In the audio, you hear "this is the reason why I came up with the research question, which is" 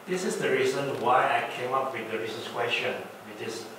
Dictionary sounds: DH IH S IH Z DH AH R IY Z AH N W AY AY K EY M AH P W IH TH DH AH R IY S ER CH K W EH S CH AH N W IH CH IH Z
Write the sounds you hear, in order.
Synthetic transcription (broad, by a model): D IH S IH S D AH R IY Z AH N W AY AY K EY M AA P W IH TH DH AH R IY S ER S K W EH S CH AH N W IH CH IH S